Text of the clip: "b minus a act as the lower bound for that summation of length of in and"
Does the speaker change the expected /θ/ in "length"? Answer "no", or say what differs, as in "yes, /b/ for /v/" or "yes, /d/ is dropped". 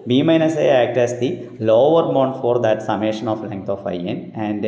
yes, /t/ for /θ/